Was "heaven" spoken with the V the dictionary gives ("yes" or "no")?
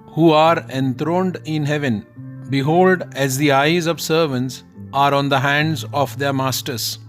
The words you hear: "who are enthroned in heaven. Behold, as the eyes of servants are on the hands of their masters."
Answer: yes